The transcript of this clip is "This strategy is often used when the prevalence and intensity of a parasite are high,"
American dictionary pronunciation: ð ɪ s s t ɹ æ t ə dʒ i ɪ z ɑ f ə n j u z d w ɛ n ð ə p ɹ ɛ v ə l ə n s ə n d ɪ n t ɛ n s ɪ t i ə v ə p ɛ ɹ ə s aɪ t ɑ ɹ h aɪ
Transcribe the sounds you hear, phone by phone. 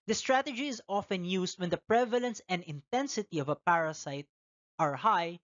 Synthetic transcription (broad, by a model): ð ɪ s s t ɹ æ t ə dʒ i ɪ z ɑ f ə n j u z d w ɛ n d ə p ɹ ɛ v ə l ə n s ə n d ɪ n t ɛ n s ɪ t i ə v ə p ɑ ɹ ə s aɪ t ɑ ɹ h aɪ